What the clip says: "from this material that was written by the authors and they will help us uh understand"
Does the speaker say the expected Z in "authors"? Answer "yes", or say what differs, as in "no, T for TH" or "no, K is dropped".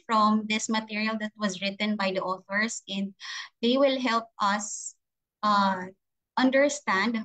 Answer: no, S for Z